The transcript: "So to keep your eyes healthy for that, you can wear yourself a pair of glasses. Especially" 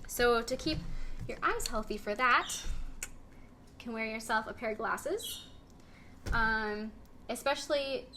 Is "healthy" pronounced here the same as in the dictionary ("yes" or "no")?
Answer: yes